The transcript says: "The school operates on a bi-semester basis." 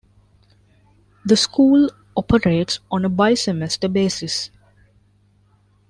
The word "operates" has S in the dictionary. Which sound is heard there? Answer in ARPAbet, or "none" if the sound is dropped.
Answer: S